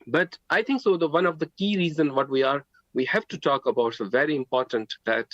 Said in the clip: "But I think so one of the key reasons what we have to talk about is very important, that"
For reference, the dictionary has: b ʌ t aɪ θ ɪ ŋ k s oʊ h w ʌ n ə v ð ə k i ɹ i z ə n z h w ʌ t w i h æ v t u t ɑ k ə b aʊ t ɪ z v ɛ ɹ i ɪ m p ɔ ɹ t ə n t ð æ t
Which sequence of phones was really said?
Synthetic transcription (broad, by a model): b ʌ t aɪ t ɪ ŋ k s oʊ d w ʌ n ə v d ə k i ɹ i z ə n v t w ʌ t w i h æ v t u t ɑ k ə b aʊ t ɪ v ɛ ɹ i ɪ m p ɔ ɹ t ə n t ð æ t